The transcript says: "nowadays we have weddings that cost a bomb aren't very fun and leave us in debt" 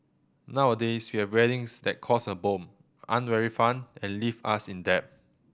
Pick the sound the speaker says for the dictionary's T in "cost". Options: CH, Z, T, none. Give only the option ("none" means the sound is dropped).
none